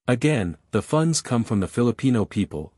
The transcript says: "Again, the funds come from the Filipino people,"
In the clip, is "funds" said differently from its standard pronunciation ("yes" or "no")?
no